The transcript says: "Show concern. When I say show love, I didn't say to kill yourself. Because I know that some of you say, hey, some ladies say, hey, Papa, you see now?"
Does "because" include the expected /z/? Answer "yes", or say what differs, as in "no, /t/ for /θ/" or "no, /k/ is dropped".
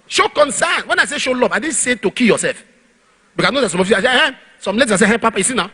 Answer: no, /z/ is dropped